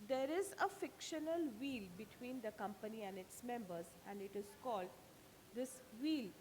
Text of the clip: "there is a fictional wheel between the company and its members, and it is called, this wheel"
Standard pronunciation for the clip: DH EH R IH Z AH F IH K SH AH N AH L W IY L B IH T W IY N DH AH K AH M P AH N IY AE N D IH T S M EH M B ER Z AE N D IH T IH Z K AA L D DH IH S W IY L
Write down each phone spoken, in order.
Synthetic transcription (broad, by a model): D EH R IH Z AH F IH K SH AH N AH L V IY L B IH T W IY N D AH K AH M P AH N IY AE N D IH T S M EH M B ER Z AE N D IH T IH Z K AA L D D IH S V IY L